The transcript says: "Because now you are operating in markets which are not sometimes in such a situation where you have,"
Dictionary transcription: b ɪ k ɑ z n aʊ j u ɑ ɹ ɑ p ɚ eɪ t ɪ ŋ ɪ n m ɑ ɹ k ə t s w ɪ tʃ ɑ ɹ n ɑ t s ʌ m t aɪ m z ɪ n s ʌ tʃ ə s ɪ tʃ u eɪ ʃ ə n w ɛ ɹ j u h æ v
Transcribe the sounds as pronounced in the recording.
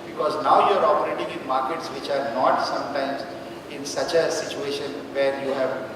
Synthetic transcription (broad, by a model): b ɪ k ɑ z n aʊ j u ɑ ɹ ɑ p ɚ eɪ t ɪ ŋ ɪ n m ɑ ɹ k ə t s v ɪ tʃ ɑ ɹ n ɑ t s ʌ m t aɪ m z ɪ n s ʌ tʃ ə s ɪ tʃ u eɪ ʃ ə n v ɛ ɹ j u h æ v